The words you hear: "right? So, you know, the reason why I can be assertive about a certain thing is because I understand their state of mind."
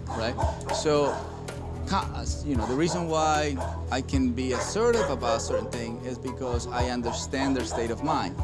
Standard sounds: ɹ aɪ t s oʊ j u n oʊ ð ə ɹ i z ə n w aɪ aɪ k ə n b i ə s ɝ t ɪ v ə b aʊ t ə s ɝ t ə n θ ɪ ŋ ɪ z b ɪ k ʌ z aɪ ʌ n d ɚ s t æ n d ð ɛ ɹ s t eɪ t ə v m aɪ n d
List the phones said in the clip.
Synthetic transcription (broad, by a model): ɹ aɪ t s oʊ j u n oʊ ð ə ɹ i z ə n w aɪ aɪ k ə n b i ə s ɝ t ɪ v ə b aʊ t s ɝ t n θ ɪ ŋ ɪ z b ɪ k ʌ z aɪ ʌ n d ɚ s t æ n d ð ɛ ɹ s t eɪ t ə v m aɪ n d